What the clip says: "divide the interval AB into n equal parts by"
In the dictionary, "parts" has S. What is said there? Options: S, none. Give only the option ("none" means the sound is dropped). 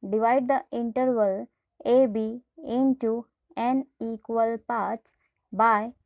none